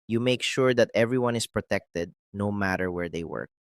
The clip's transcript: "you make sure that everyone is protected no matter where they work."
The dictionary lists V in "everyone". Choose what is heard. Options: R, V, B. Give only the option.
V